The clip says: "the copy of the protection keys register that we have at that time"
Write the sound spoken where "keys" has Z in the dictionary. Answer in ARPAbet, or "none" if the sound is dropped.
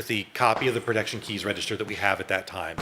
Z